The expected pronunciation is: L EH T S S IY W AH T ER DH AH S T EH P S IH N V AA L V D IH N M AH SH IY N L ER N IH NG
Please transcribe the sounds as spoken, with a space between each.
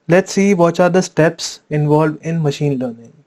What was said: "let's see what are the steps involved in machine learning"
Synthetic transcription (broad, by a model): L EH T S S IY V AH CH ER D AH S T EH P S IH N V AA L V IH N M AH SH IY N L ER N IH NG